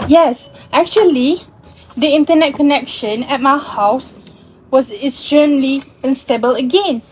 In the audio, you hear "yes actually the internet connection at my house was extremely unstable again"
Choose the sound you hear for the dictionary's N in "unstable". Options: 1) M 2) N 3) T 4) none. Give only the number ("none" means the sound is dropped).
2